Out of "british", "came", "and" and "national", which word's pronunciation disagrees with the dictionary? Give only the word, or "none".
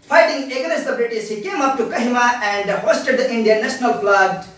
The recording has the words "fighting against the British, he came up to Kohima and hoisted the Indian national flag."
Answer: british